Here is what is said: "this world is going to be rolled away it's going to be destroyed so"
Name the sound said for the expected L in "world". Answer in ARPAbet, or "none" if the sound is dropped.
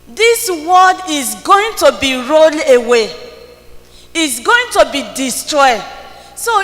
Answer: none